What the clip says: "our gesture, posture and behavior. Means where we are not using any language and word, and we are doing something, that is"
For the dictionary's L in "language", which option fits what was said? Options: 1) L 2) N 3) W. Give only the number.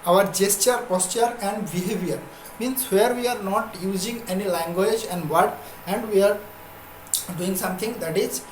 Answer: 1